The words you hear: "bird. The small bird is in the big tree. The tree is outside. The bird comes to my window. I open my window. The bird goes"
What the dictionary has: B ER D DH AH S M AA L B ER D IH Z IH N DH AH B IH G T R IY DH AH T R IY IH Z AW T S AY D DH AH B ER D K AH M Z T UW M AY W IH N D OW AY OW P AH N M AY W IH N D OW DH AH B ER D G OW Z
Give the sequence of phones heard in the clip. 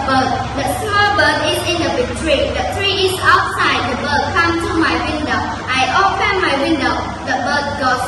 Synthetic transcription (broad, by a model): B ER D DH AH S M AA L B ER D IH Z IH N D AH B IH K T R IY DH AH T R IY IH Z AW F S AY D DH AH B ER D K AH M T UW M AY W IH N D OW AY OW P AH N M AY W IH N D OW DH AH B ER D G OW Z